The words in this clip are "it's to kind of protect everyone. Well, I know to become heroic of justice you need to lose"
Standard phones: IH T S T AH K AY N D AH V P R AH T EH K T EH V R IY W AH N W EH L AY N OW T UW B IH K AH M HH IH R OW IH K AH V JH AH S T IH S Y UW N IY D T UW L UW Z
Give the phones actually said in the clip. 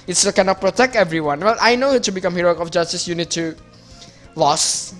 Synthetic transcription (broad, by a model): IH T S T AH K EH N AH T P R AH T EH K T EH V R IY W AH N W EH L AY N OW T UW B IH K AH M HH IH R OW IH K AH F JH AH S T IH S Y UW N IY D T UW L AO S